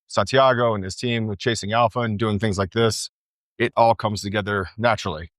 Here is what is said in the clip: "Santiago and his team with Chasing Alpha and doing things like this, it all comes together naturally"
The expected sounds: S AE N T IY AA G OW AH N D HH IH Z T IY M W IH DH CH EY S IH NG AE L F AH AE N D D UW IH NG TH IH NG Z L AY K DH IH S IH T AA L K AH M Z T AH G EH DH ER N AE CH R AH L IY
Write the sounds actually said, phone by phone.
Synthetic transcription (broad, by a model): S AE N T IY AA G OW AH N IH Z T IY M W IH DH CH EY S IH NG AE L F AH N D D UW IH NG TH IH NG Z L AY K DH IH S IH T AA L K AH M Z T AH G EH DH ER N AE CH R L IY